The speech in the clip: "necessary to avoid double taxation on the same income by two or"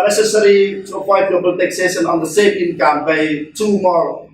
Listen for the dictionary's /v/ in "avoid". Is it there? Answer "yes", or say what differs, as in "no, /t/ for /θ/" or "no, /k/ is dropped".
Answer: no, /p/ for /v/